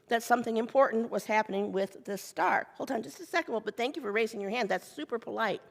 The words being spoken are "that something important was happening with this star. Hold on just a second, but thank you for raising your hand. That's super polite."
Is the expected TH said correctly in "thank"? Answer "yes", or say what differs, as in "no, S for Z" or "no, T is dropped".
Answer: yes